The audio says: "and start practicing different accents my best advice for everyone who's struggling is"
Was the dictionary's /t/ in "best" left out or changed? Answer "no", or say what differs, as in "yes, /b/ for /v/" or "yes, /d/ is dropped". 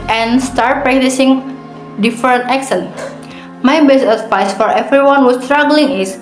yes, /t/ is dropped